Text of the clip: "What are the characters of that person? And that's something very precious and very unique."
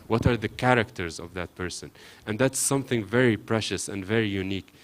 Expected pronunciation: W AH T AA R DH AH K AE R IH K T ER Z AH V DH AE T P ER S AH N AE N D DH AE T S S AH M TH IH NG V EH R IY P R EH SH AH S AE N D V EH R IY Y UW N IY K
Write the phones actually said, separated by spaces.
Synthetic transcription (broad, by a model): W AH T AA R DH AH K AE R IH K T ER Z AH V DH AE T P ER S AH N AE N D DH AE T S S AH M TH IH NG V EH R IY P R EH SH AH S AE N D V EH R IY Y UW N IY K